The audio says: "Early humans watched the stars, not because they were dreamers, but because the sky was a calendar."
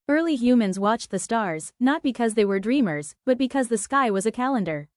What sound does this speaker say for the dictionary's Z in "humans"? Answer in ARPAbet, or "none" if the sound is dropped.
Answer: Z